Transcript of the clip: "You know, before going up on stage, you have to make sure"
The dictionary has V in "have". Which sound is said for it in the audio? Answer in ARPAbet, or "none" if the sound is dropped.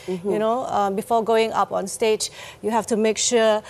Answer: F